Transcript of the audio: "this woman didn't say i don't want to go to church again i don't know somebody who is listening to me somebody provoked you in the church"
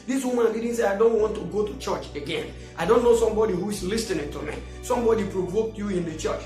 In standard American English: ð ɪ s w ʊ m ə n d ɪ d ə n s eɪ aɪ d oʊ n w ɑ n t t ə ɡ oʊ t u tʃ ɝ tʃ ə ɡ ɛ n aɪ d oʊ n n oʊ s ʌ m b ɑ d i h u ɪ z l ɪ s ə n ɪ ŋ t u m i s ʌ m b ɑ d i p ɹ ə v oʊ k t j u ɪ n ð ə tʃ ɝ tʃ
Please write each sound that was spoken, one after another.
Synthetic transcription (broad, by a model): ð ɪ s w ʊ m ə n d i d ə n s eɪ aɪ d oʊ n w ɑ n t t ə ɡ oʊ t u tʃ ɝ tʃ ə ɡ ɛ n aɪ d oʊ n n oʊ s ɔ m b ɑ d i h u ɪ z l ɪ s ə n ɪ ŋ t u m i s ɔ m b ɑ d i p ɹ ə v oʊ k t j u ɪ n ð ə tʃ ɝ tʃ